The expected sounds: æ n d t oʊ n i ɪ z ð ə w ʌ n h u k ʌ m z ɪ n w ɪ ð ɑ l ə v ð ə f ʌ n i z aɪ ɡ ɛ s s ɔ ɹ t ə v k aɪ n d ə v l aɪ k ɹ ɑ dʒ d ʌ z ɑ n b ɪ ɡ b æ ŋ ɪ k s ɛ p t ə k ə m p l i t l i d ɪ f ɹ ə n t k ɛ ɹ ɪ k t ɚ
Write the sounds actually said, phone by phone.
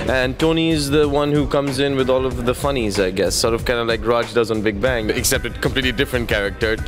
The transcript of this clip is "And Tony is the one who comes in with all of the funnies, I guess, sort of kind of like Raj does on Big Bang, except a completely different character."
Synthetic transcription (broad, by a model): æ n d t oʊ n i ɪ z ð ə w ʌ n h u k ʌ m z ɪ n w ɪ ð ɑ l ə v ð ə f ʌ n i z aɪ ɡ ɛ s s ɔ ɹ t ə v k aɪ n d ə l aɪ k ɹ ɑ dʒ d ʌ z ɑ n b ɪ ɡ b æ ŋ ɪ k s ɛ p t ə k ə m p l i t l i d ɪ f ɹ ə n t k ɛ ɹ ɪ k t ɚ